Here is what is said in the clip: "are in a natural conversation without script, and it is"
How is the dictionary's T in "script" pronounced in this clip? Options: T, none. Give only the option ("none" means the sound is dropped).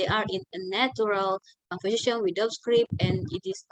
none